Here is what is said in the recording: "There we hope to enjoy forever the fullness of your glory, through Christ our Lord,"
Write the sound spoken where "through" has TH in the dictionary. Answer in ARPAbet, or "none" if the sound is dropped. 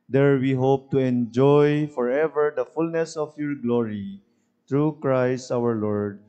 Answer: T